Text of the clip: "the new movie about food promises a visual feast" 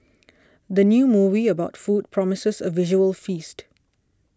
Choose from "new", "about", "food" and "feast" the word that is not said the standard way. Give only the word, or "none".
none